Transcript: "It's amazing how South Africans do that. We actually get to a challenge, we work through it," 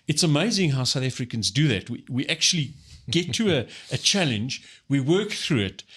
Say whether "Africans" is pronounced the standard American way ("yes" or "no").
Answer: yes